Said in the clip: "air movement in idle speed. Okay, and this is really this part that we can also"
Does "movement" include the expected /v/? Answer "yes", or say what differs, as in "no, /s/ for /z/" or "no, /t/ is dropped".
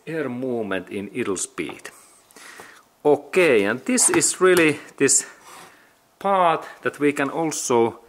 no, /v/ is dropped